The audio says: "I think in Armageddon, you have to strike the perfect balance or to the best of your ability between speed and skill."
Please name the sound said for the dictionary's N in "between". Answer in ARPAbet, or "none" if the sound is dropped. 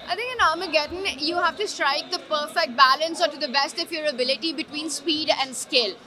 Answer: N